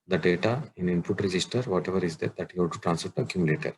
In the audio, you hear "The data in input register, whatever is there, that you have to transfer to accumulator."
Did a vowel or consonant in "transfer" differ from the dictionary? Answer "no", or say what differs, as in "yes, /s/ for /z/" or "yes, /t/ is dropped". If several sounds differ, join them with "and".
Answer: yes, /p/ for /f/